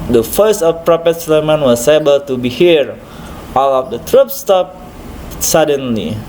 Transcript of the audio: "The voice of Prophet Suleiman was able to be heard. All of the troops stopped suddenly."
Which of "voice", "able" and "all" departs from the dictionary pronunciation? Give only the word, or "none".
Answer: voice